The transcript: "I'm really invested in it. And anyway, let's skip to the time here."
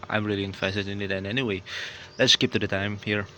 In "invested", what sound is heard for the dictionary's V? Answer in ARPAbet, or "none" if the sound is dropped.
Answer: F